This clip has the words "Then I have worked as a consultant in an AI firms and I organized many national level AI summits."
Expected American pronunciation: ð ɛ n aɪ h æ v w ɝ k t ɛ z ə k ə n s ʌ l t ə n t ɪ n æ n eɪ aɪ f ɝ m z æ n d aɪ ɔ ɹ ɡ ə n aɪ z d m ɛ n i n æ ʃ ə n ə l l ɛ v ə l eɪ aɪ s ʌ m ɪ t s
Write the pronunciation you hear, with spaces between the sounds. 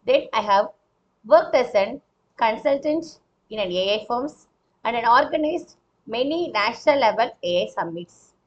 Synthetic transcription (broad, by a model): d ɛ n aɪ h æ v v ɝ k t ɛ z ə k ə n s ʌ l t ə n t ɪ n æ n eɪ aɪ f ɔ m s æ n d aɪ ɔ ɹ ɡ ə n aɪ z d m ɛ n i n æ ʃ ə n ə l l ɛ v ə l eɪ aɪ s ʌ m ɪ t s